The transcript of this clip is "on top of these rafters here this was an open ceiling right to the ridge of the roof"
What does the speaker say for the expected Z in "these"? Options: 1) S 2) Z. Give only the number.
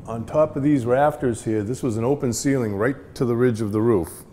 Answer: 2